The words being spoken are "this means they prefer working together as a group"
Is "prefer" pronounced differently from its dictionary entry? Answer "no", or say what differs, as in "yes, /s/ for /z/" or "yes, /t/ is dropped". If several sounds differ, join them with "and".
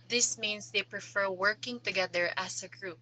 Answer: no